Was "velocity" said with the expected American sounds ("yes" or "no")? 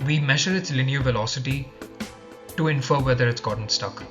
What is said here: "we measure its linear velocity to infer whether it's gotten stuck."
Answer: yes